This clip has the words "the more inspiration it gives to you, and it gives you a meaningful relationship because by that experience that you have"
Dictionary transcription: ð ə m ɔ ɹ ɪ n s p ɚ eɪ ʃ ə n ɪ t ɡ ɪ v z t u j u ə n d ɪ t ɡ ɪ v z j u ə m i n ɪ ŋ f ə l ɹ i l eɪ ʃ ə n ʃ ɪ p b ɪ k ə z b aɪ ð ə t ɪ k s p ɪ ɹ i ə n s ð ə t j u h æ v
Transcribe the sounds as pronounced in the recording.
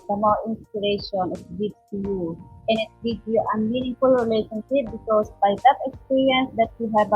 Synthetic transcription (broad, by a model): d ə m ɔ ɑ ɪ n s p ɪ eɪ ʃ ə n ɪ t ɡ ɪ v t u j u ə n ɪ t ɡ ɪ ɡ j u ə m i n ɪ ŋ f ə l ɹ i l eɪ ʃ ə n ʃ ɪ p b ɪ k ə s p aɪ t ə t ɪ k s p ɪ ɹ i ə n s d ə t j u h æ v